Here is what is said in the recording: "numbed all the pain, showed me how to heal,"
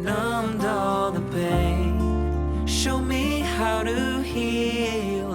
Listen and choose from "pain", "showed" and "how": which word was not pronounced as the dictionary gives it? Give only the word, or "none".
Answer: pain